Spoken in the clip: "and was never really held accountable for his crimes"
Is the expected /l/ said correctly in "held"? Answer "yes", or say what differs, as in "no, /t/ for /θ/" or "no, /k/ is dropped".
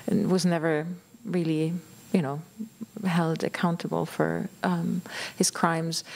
yes